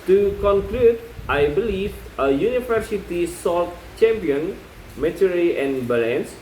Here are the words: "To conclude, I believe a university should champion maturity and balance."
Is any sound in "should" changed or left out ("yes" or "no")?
yes